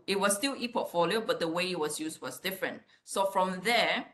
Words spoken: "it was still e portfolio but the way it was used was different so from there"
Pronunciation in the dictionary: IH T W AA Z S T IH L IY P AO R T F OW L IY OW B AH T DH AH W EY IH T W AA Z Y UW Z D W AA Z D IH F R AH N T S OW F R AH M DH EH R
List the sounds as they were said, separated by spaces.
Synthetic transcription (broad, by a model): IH T W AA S S T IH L IY P AO T F OW L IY OW B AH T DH AH W EY IH T W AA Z Y UW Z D W AA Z D IH F R AH N T S OW F R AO M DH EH